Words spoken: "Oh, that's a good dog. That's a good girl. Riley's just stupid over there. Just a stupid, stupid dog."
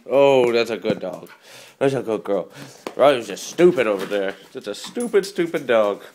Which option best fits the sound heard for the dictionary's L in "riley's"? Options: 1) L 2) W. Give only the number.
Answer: 2